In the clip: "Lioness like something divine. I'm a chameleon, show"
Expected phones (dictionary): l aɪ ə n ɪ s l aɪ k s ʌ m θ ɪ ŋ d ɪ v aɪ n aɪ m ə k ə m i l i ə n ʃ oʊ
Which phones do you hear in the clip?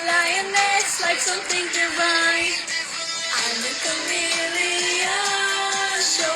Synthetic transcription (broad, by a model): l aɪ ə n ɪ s l aɪ k s ʌ m θ ɪ ŋ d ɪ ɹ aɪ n aɪ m ə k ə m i l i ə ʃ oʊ